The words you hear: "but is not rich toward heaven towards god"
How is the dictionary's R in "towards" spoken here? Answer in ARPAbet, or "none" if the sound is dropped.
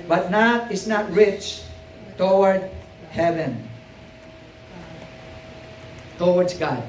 W